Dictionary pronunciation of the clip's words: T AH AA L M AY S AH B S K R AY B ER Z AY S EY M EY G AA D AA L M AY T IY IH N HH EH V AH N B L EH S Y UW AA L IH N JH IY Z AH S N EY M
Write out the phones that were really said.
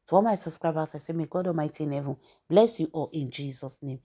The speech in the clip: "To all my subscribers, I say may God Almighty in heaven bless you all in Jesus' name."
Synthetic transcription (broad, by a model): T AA M AY S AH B S K R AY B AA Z AY S EY M EY G AA D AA M AY T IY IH N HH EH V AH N B L EH S Y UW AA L IH N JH IY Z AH S N EY M